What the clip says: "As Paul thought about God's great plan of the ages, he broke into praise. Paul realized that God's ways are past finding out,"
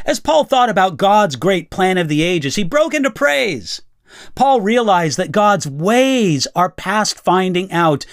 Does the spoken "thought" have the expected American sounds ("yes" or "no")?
yes